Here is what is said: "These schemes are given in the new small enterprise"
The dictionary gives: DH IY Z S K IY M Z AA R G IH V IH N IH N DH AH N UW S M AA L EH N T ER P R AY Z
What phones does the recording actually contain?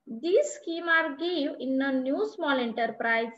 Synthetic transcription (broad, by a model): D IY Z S K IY M AA R G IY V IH N IH N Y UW S M AA L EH N T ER P R AY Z